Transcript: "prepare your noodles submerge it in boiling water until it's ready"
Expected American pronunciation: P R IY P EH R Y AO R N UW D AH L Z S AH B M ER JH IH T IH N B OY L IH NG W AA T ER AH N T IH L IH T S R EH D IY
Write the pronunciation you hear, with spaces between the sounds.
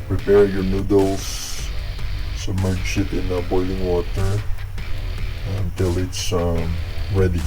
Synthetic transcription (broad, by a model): P R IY P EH R Y AO R N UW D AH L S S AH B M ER SH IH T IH N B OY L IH NG W AA T ER AH N T IH L IH T S R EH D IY